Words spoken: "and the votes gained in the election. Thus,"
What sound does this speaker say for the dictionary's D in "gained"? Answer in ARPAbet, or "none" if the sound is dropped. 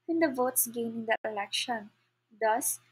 none